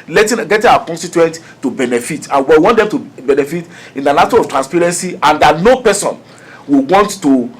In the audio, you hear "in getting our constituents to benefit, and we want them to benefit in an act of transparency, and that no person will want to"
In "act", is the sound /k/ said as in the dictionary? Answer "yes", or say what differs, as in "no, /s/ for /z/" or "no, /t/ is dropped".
no, /k/ is dropped